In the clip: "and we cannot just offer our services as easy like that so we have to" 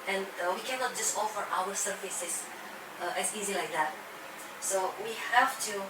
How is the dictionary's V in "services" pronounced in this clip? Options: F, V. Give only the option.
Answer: F